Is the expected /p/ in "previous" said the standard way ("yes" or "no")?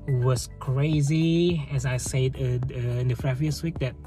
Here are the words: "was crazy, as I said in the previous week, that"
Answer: no